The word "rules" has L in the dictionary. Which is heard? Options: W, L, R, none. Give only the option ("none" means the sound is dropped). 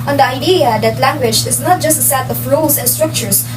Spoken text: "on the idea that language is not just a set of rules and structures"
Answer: none